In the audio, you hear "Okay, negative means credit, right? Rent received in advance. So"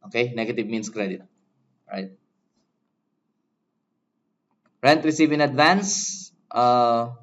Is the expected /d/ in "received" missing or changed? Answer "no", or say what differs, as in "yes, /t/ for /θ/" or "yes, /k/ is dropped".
yes, /d/ is dropped